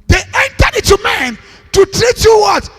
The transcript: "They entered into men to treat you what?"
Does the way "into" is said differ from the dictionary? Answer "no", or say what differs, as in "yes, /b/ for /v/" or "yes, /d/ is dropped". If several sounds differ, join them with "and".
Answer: yes, /n/ is dropped